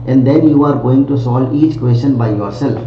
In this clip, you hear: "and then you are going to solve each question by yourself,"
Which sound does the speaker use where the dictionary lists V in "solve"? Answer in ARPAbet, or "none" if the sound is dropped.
none